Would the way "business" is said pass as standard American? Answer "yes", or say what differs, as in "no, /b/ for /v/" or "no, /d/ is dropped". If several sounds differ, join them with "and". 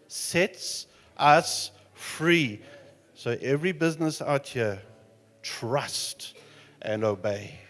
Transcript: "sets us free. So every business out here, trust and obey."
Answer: yes